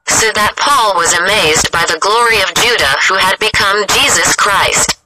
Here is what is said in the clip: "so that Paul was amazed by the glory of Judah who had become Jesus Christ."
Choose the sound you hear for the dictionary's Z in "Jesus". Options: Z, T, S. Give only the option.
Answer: Z